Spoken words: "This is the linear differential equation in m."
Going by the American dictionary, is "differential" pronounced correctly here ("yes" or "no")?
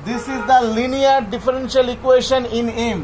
yes